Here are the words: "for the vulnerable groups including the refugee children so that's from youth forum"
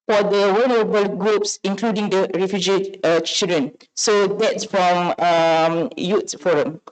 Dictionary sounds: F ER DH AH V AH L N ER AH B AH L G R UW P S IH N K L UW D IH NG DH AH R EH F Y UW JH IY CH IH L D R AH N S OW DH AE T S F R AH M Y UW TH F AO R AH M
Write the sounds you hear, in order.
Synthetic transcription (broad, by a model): F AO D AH W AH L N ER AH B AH L G R UW P S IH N K L UW D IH NG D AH R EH F Y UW JH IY CH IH L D R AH N S OW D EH T S F R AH M Y UW T F AO R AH M